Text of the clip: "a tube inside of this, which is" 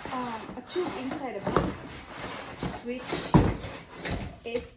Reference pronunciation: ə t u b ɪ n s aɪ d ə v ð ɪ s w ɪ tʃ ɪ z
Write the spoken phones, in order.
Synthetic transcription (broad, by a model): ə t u ɪ n s aɪ d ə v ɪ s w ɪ tʃ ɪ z